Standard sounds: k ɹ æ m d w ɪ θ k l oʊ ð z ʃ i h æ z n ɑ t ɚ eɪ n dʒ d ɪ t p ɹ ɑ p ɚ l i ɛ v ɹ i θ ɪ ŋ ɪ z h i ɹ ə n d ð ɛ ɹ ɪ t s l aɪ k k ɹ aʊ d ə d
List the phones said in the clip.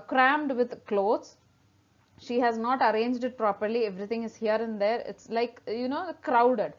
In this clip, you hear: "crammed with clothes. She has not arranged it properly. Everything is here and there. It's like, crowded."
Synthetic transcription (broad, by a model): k ɹ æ m d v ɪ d k l oʊ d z ʃ i h æ z n ɑ t ɚ eɪ n dʒ d ɪ t p ɹ ɑ p ɚ l i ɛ v ɹ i t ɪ ŋ ɪ z h i ɹ ə n d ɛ ɹ ɪ t s l aɪ k k ɹ aʊ d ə d